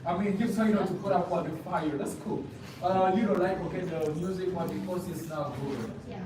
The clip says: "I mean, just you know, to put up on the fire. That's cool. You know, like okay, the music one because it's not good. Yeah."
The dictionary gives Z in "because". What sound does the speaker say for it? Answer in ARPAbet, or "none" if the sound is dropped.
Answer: S